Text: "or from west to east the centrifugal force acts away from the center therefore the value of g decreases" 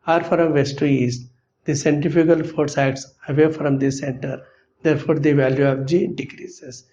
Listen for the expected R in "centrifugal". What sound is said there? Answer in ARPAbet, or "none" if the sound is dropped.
none